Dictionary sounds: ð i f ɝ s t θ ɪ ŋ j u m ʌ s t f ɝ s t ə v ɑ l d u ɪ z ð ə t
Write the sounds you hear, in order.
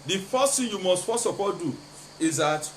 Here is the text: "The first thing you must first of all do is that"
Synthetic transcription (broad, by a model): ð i f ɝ s t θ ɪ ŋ j u m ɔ s t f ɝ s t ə p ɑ d u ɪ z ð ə t